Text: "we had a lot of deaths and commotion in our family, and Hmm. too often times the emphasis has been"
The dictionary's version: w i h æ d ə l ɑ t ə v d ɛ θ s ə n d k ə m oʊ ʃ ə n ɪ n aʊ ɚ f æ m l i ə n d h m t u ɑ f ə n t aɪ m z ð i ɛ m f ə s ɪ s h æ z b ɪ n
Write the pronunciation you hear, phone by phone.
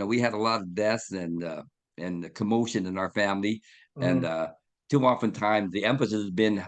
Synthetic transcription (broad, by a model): w i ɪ d ə l ɑ t ə v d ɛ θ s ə n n k ə m oʊ ʃ ə n ɪ n aʊ ɚ f æ m l i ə n t u ɑ f ə n t aɪ m z ð i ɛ m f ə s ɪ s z b ɪ n